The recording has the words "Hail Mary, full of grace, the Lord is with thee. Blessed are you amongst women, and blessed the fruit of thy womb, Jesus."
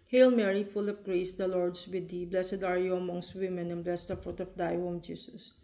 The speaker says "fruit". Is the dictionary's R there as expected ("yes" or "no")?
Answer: yes